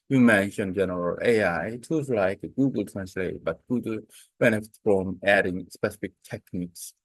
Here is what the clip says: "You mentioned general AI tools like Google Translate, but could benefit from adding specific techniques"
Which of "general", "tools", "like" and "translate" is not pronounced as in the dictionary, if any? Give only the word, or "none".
tools